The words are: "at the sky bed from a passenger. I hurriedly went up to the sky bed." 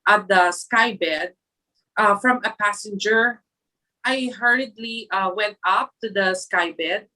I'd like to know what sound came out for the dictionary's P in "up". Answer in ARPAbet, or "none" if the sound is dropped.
P